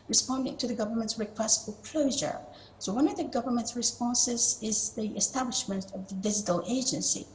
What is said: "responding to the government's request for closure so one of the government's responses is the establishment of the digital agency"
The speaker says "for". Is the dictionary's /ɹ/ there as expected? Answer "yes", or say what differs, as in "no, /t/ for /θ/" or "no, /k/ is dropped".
no, /l/ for /ɹ/